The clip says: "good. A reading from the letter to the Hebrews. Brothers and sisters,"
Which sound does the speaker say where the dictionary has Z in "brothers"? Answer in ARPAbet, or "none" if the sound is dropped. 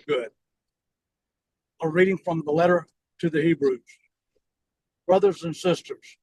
Z